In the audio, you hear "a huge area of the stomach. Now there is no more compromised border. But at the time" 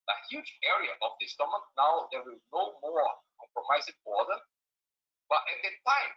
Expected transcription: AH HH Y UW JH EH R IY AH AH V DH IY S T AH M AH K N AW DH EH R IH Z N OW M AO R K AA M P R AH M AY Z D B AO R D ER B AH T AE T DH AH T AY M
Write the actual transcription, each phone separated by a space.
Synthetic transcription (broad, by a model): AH HH Y UW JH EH R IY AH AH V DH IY S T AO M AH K N AW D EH W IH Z N OW M AO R K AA M P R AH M AY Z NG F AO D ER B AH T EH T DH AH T AY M